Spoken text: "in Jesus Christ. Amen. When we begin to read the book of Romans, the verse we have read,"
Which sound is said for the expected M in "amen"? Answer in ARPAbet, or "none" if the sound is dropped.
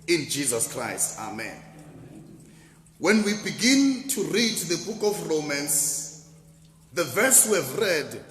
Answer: M